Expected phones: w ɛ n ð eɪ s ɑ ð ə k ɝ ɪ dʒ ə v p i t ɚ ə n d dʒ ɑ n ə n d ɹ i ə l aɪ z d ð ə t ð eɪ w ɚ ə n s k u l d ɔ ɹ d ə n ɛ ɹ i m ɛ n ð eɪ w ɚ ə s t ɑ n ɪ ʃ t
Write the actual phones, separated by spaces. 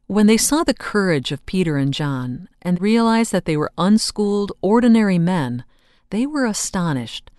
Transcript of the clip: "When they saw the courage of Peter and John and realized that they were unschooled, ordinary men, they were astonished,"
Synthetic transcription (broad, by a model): w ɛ n ð eɪ s ɑ ð ə k ɝ ɪ dʒ ə v p i t ɚ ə n dʒ ɑ n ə n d ɹ i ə l aɪ z ð ə t ð eɪ w ɚ ə n s k u l d ɔ ɹ d n ɛ ɹ i m ɛ n ð eɪ w ɚ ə s t ɑ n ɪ ʃ t